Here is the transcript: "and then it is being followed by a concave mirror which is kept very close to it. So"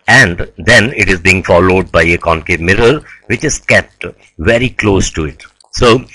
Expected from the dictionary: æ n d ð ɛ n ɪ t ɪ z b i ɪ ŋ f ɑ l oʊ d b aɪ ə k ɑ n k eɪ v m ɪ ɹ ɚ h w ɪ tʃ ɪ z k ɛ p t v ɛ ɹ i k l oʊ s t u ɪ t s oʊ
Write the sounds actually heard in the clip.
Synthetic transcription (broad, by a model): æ n d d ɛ n ɪ t ɪ z b i ɪ ŋ f ɑ l oʊ d b aɪ ə k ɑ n k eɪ m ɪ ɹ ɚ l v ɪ tʃ ɪ z k ɛ p t v ɛ ɹ i k l oʊ s t u ɪ t s oʊ